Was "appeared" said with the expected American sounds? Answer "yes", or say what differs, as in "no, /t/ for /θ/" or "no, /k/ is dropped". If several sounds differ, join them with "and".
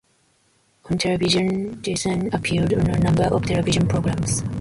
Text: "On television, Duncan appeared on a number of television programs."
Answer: no, /l/ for /ɹ/